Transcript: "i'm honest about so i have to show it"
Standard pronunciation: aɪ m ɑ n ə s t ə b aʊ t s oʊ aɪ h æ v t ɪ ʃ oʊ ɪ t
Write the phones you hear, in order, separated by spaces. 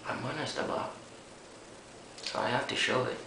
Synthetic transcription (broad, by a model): aɪ m ɑ n ə s t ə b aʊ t s oʊ aɪ h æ f t ɪ ʃ oʊ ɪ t